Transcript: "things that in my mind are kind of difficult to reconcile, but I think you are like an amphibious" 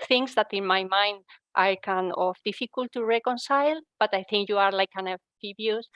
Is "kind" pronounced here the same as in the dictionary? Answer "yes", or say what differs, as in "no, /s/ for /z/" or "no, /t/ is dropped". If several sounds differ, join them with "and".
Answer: no, /d/ is dropped